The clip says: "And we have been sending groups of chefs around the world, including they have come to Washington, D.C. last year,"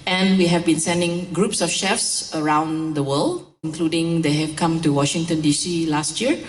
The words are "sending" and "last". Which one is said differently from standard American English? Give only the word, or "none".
none